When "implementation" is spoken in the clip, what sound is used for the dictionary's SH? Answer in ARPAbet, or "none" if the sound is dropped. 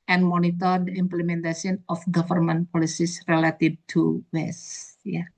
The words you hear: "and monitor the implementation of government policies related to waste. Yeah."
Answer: S